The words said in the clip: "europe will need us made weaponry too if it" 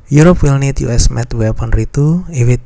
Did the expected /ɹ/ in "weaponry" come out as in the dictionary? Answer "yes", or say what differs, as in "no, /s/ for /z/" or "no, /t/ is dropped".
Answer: yes